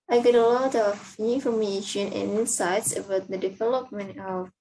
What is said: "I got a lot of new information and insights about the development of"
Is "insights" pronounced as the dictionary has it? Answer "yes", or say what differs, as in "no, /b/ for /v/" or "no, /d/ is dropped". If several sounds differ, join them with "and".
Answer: no, /n/ is dropped